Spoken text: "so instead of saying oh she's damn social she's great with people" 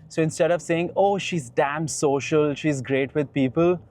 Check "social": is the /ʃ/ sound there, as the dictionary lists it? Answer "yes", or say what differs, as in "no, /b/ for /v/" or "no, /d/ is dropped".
yes